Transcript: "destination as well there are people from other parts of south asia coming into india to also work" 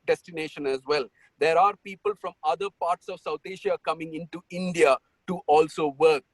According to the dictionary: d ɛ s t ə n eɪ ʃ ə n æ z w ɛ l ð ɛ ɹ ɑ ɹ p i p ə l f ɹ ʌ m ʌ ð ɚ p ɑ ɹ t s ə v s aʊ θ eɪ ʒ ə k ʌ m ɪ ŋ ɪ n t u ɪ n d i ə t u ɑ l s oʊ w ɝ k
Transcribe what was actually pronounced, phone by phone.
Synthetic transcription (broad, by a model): d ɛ s t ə n eɪ ʃ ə n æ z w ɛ l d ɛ ɹ ɑ ɹ p i p ə l f ɹ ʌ m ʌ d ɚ p ɑ ɹ t s ə v s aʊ t eɪ ʃ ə k ʌ m ɪ ŋ ɪ n t u ɪ n d i ə t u ɑ l s oʊ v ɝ k